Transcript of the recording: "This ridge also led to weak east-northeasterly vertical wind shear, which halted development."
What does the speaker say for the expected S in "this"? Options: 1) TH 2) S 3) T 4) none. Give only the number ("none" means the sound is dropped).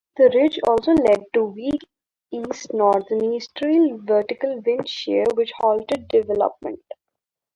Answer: 4